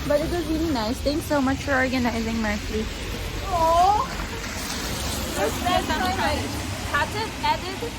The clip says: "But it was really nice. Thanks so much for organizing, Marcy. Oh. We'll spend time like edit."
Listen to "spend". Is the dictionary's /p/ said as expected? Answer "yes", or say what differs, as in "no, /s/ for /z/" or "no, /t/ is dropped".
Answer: no, /p/ is dropped